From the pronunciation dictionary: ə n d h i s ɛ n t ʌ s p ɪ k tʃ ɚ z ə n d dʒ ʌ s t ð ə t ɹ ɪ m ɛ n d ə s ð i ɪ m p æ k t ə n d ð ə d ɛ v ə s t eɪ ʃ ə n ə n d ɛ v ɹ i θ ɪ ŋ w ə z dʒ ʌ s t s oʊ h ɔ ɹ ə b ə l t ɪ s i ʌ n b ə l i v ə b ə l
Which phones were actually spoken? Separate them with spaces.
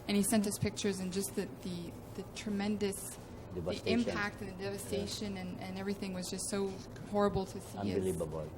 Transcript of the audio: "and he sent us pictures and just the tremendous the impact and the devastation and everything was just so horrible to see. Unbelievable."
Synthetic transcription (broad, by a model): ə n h i s ɛ n t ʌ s p ɪ k tʃ ɚ z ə n dʒ ʌ s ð ð ə t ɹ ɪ m ɛ n d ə s ð i ɪ m p æ k t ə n ð ə d ɛ v ə s t eɪ ʃ ə n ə n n ɛ v ɹ i θ ɪ ŋ w ə z dʒ ʌ s t s oʊ h ɔ ɹ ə b l t ɪ s i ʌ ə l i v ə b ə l